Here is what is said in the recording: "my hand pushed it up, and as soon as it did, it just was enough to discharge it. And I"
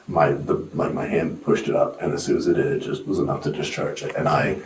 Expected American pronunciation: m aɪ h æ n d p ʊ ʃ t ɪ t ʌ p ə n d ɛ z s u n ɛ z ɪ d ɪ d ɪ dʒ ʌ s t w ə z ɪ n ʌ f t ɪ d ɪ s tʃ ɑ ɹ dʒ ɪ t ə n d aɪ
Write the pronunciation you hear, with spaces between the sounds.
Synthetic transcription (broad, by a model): m aɪ h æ n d p ʊ ʃ t ɪ t ʌ p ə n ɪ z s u ɪ z ɪ d ɪ d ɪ dʒ ʌ s t w ə z ɪ n ʌ f t ɪ d ɪ s tʃ ɑ ɹ dʒ ɪ t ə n aɪ